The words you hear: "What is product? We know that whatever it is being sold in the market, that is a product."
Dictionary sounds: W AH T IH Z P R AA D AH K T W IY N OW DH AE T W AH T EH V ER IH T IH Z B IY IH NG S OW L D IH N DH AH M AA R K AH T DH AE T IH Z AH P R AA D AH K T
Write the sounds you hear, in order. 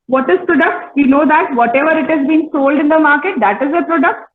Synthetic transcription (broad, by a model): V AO T IH Z P R AA D AH K T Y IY N OW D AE T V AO T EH V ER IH T IH Z B IY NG S OW L D IH N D AH M AA R K AH T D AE T IH Z AH P R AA D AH K T